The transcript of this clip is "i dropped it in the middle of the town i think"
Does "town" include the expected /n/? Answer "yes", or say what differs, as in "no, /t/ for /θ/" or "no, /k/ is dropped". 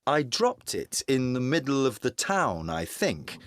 yes